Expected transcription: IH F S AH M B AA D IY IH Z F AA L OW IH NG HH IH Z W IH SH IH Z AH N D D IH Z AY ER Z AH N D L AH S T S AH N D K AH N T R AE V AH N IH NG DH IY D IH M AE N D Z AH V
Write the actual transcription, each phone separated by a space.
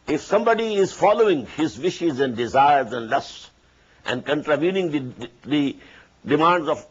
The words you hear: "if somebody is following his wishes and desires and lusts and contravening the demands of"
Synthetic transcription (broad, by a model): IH F S AH M B AA D IY IH Z F AA L OW IH NG HH IH Z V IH SH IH Z AH N D D IH Z AY ER Z AH N D L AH S T S AH N D K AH N T R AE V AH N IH NG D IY D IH M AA N D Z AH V